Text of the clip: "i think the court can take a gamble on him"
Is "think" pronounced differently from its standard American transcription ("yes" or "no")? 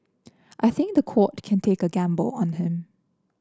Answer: no